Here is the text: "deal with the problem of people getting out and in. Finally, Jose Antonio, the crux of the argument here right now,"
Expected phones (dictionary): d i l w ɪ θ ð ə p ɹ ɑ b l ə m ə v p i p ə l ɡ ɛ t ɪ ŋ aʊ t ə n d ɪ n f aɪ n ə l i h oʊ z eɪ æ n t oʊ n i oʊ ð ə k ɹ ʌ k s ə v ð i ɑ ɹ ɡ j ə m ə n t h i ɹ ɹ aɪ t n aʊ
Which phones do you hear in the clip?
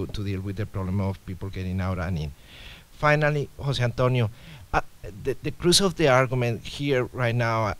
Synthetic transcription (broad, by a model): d i l w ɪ ð ə p ɹ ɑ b l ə m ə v p i p ə l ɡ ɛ t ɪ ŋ aʊ t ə n ɪ n f aɪ n ə l i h oʊ s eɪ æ n t oʊ n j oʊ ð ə k ɹ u s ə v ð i ɑ ɹ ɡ j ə m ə n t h i ɹ ɹ aɪ t n aʊ